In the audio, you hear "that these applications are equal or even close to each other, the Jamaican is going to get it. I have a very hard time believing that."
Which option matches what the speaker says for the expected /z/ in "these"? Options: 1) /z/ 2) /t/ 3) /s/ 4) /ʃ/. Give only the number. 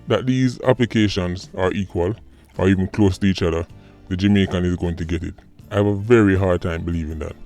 1